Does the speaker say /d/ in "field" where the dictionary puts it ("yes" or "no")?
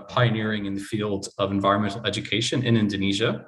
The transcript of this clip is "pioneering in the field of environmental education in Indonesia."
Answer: yes